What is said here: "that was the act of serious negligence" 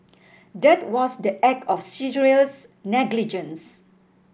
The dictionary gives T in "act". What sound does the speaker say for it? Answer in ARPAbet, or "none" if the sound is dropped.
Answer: none